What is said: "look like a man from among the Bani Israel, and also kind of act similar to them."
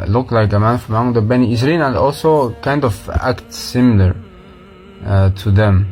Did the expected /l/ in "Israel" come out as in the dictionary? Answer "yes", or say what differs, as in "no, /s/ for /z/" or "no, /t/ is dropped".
no, /n/ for /l/